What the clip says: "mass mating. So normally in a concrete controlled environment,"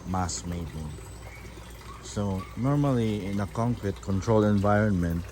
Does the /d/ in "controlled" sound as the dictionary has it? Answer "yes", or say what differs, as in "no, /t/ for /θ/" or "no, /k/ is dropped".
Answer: no, /d/ is dropped